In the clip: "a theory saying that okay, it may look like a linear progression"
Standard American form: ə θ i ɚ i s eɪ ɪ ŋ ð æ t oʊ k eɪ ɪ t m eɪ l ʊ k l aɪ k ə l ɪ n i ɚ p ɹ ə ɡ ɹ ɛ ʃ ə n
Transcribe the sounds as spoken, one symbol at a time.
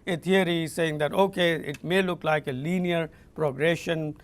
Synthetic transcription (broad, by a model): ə t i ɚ i s eɪ ɪ ŋ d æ t oʊ k eɪ ɪ t m eɪ l ʊ k l aɪ k ə l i n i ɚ p ɹ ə ɡ ɹ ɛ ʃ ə n